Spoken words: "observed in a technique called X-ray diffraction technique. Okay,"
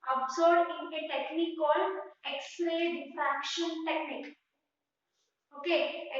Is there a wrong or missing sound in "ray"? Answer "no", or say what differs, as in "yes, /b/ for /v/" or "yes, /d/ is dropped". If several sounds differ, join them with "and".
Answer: yes, /l/ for /ɹ/